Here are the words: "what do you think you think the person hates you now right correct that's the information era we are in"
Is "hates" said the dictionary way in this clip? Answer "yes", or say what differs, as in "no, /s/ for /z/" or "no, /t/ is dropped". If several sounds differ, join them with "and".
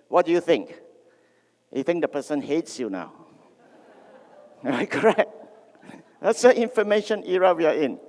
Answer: yes